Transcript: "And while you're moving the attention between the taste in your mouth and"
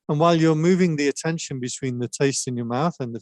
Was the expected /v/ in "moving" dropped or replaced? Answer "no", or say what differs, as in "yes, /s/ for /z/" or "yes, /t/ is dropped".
no